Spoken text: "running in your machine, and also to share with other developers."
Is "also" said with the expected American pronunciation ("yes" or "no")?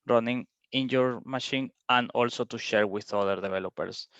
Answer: yes